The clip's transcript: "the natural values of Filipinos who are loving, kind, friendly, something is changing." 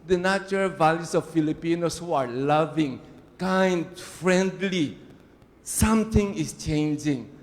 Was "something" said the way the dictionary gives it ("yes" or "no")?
no